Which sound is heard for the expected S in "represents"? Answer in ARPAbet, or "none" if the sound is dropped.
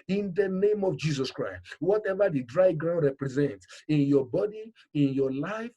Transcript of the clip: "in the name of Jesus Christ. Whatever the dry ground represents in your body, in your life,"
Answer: S